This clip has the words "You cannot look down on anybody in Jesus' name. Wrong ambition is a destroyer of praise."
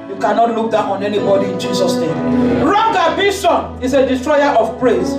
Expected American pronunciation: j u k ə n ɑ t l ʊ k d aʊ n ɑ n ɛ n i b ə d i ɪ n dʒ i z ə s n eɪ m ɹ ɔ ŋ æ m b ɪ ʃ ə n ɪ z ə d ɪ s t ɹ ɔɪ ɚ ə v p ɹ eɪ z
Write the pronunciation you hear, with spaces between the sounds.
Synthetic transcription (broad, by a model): j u k ə n ɑ t l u k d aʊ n ɑ n ɛ n i b ə d i ɪ n dʒ i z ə s n eɪ m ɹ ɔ ŋ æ b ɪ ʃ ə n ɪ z ə d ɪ s t ɹ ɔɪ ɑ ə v p ɹ eɪ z